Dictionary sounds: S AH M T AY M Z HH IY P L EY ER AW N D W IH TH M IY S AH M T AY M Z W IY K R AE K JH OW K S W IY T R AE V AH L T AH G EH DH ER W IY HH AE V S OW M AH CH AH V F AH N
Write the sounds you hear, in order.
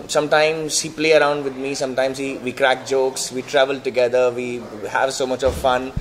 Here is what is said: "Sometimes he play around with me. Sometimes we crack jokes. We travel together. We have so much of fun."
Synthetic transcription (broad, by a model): S AH M T AY M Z HH IY P L EY ER AW N D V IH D M IY S AH M T AY M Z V IY K R AE K JH OW K S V IY T R AE V AH L T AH G EH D ER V IY HH AE V S OW M AH CH AH V F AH N